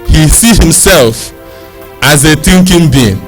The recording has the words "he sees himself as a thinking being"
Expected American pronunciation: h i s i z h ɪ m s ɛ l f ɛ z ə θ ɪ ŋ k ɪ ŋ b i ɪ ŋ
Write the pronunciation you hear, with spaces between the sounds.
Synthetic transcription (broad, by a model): h i s i h ɪ m s ɛ l f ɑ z ə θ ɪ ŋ k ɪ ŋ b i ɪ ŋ